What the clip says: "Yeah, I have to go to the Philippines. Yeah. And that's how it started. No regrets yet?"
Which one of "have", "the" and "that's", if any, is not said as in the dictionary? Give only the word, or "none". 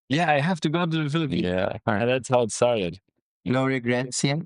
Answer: have